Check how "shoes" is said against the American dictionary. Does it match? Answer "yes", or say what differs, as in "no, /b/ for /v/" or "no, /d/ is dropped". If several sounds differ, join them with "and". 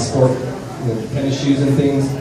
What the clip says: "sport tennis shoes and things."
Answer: yes